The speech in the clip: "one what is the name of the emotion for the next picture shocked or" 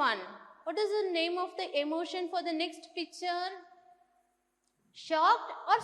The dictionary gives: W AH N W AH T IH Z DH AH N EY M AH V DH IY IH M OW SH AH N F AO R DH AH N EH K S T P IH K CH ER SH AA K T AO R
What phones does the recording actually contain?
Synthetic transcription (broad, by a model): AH N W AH T IH Z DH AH N EY M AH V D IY IH M OW SH AH N F AO R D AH N EH K S T P IH K CH ER SH AA K T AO R